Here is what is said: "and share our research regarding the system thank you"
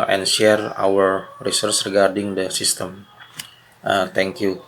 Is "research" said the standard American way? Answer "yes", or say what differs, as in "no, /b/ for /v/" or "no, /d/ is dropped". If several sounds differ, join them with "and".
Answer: no, /s/ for /tʃ/